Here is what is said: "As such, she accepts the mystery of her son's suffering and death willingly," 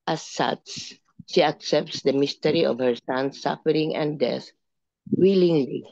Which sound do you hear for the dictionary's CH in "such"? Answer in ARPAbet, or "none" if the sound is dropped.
S